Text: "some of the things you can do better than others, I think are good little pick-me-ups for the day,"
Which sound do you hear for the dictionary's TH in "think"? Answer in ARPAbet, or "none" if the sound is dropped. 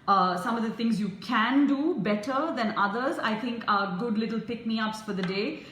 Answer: T